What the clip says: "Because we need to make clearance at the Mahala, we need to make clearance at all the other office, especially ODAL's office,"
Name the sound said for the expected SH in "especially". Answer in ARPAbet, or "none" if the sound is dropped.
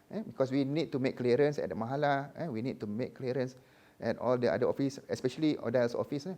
SH